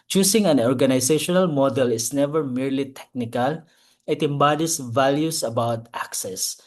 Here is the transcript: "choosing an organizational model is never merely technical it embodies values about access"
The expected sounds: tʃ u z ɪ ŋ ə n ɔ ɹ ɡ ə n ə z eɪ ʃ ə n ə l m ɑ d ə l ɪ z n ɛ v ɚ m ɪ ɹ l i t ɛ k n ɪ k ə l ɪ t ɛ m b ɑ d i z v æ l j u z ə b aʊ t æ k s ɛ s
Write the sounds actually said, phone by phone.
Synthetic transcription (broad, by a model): tʃ u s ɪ ŋ ə n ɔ ɹ ɡ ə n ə s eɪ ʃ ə n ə l m ɑ d ə l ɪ s n ɛ v ɚ m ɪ ɹ l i t ɛ k n ɪ k ə l ɪ t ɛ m b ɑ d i s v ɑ l j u s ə b aʊ t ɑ k s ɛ s